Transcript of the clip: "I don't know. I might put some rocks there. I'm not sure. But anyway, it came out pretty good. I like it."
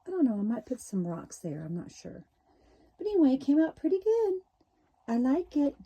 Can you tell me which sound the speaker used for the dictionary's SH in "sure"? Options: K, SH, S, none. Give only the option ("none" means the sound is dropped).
SH